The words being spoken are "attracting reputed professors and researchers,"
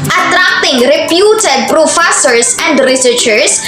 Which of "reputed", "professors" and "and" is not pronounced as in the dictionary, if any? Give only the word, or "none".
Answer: professors